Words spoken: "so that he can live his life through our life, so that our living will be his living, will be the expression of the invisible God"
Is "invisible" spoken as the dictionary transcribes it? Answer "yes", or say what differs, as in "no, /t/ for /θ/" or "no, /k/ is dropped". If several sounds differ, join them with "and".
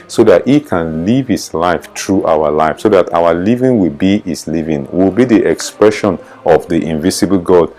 no, /s/ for /z/